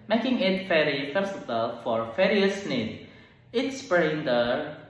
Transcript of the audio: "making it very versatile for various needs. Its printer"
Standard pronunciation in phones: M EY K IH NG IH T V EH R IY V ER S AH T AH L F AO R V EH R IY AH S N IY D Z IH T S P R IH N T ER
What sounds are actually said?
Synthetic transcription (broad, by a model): M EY K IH NG IH T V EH R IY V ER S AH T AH L F AO R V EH R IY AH S N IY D IH T S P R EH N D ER